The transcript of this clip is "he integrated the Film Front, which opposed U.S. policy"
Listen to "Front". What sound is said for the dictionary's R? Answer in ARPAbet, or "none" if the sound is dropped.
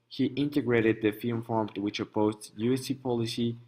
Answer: none